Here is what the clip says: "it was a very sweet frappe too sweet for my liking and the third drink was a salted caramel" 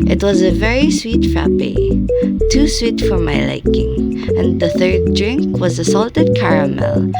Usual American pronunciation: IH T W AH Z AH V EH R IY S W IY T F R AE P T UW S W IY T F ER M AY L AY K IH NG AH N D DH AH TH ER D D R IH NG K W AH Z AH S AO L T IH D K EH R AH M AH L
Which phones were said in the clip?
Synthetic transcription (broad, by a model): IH T W AH Z AH V EH R IY S W IY T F R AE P T UW S W IY T F ER M AY L AY K IH NG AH N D DH AH TH ER D D R IH NG K W AH Z AH S AO L T IH D K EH R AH M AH L